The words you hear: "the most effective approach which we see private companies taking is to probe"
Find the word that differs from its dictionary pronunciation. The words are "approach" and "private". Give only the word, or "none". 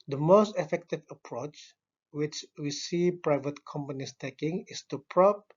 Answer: none